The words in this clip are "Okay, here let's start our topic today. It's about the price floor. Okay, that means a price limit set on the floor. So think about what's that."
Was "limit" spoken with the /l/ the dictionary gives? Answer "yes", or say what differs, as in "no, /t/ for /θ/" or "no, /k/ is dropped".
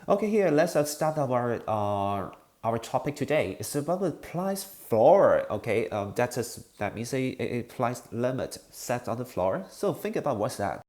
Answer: yes